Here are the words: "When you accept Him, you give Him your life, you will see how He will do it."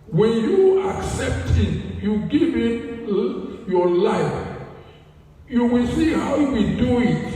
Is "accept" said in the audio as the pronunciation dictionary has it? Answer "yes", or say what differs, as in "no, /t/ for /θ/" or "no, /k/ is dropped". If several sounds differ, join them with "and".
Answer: yes